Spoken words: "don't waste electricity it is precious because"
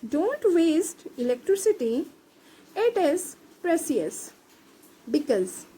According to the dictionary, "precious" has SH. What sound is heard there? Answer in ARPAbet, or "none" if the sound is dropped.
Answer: S